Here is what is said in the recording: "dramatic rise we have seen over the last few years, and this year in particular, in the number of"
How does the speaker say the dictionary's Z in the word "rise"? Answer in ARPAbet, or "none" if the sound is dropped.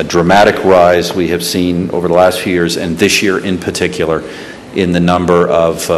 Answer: Z